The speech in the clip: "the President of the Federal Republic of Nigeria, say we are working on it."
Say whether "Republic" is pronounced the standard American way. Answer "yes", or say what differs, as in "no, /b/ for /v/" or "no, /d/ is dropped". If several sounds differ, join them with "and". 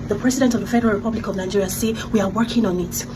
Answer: yes